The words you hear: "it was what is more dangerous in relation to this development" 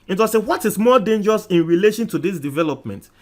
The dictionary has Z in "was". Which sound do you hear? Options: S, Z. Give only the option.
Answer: S